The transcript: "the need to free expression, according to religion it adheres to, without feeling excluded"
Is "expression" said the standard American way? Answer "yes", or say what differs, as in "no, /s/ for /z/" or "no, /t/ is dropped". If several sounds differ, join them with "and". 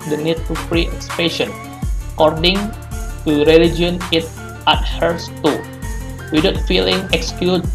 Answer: no, /ɹ/ is dropped